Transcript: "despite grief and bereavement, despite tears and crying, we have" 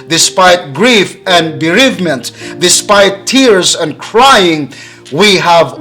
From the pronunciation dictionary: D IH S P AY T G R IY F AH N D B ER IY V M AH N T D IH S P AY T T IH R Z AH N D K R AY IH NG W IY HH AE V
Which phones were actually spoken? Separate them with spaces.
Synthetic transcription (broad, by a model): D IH S P AY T G R IY F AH N B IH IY V M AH N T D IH S P AY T T IH R Z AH N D K R AY IH NG W IY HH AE V